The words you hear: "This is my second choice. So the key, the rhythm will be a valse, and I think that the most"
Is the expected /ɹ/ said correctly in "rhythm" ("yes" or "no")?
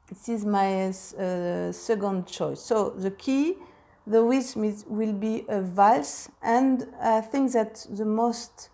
no